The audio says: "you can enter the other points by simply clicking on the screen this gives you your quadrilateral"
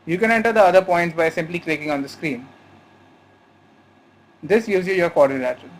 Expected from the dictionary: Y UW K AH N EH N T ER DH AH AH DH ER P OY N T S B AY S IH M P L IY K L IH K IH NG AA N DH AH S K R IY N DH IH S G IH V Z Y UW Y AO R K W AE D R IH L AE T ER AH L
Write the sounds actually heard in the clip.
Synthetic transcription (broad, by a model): Y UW K AH N EH N T ER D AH AH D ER P OY N T S B AY S IH M P L IY K L IH K IH NG AA N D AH S K R IY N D IH S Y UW Z Y UW Y AO R K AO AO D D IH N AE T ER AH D